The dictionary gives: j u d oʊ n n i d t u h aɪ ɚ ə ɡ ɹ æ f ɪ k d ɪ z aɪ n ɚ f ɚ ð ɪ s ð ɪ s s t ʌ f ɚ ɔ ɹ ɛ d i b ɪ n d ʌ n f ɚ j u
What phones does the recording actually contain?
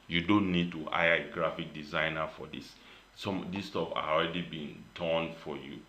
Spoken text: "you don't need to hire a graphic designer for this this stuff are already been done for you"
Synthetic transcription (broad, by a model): j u d oʊ n n i d t u aɪ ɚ ə ɡ ɹ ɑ f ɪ k d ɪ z aɪ n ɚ f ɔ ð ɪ s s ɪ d s t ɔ p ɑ ɔ ɹ ɛ d i b ɪ n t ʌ n f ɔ j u